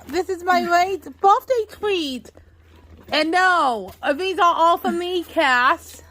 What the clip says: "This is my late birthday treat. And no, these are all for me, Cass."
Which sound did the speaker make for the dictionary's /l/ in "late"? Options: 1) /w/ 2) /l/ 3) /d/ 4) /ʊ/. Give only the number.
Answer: 1